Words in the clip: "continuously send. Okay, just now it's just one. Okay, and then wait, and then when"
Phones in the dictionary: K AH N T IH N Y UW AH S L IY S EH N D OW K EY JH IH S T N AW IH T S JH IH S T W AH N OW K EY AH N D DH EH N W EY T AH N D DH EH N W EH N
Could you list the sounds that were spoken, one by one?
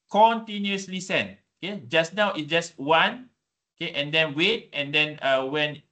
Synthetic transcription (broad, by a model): K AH N T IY N Y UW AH S L IY S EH N OW K EY JH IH S N AW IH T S JH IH S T W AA N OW K EY AH N D EH N W EY T AH N D EH N W EH N